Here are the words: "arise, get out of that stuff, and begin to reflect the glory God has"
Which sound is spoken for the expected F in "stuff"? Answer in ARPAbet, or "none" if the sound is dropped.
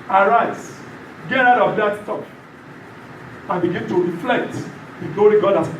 P